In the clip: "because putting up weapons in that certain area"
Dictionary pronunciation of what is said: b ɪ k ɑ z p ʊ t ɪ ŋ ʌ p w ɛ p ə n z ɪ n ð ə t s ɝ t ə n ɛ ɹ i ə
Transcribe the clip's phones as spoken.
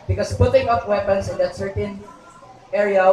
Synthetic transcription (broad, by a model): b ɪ k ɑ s p ʊ t ɪ ŋ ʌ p w ɛ p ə n s ɪ n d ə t s ɝ t ə n ɛ ɹ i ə